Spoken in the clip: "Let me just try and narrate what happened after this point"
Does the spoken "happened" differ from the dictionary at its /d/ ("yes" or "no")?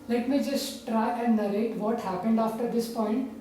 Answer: no